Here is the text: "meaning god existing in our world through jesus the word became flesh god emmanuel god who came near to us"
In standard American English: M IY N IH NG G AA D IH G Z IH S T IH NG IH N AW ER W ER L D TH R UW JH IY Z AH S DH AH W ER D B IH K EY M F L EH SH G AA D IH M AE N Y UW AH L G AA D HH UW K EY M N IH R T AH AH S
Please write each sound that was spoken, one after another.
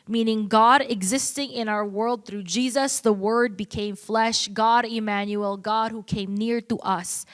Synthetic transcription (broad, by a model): M IY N IH NG G AA D IH G Z IH S T IH NG IH N AW ER W ER L D TH R UW JH IY Z AH S DH AH W ER D B IH K EY M F L EH SH G AA D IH M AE N Y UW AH L G AA D HH UW K EY M N IH R T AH AH S